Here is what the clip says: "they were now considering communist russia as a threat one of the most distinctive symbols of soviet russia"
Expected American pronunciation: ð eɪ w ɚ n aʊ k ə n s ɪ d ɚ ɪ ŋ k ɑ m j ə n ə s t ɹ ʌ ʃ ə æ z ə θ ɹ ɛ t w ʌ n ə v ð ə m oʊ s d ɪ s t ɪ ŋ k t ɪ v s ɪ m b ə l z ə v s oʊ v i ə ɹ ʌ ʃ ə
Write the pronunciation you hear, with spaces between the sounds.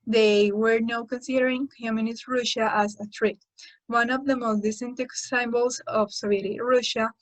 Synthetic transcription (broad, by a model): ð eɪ w ɚ n aʊ k ə n s ɪ d ɚ ɪ ŋ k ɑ m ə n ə s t ɹ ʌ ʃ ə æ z ə t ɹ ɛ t w ʌ n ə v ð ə m oʊ s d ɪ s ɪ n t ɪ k s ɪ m b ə l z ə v s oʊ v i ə ɹ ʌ ʃ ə